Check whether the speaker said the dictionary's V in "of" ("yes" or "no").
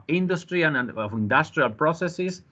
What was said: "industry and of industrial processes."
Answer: no